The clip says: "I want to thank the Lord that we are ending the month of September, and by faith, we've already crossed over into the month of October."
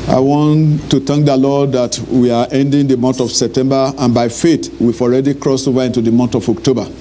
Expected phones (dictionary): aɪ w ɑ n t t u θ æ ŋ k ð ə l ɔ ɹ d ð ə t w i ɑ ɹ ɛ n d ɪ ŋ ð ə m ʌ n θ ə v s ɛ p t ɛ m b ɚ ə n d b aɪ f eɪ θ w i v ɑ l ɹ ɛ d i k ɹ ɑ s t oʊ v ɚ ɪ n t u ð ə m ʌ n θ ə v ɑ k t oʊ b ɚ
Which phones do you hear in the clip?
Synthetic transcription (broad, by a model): aɪ w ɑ n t t u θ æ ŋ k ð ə l ɔ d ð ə t w i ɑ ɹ ɛ n d ɪ ŋ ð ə m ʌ n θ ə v s ɛ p t ɛ m b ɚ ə n b aɪ f eɪ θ w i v ɑ l ɹ ɛ d i k ɹ ɑ s oʊ v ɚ ɪ n t u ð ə m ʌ n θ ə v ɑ k t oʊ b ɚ